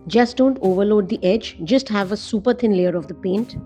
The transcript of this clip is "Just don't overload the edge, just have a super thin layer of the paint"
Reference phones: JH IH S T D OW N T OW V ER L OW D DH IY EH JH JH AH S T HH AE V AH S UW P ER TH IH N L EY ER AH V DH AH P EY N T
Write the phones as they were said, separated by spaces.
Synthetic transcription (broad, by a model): JH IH S T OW N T OW V ER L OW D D IY EH JH JH AH S T HH AE V AH S UW P ER T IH N L EY ER AH V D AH P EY N T